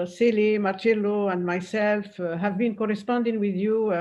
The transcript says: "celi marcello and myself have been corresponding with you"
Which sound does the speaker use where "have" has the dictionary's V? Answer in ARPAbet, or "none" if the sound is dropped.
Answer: V